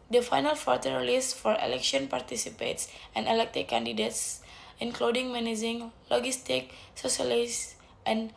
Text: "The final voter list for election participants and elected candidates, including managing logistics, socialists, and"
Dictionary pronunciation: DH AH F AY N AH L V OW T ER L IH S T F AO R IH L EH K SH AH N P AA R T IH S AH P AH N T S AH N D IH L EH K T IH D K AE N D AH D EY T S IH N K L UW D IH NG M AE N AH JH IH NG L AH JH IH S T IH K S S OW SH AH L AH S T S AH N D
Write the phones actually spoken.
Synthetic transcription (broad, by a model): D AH F AY N AH L F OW T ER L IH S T F AO R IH L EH K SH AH N P AA R T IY S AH P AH T S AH N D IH L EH K T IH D K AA N D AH D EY T S IH N K L UW D IH NG M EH N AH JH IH NG L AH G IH S T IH K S S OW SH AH L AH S T AH N